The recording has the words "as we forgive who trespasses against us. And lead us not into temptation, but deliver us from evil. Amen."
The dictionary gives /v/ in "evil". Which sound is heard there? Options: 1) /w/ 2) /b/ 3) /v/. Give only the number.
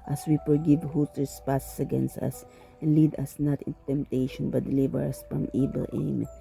2